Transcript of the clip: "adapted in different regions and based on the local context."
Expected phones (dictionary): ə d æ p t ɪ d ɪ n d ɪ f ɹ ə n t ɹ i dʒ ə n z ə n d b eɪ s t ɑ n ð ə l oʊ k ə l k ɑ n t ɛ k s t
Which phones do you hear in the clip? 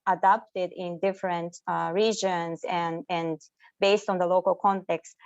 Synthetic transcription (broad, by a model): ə d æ p t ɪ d ɪ n d ɪ f ɹ ə n t ɹ i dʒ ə n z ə n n b eɪ s t ɑ n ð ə l oʊ k ə l k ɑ n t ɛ k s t